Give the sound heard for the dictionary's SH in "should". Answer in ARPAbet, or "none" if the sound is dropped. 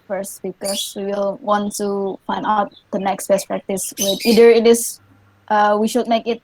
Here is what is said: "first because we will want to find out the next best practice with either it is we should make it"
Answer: SH